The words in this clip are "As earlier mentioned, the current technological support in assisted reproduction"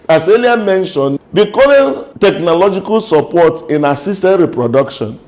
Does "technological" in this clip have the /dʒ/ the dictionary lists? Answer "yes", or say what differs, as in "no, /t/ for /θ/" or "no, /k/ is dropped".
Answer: yes